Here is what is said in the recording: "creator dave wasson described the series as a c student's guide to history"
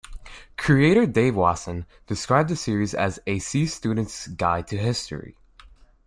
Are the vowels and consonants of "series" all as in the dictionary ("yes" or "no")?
yes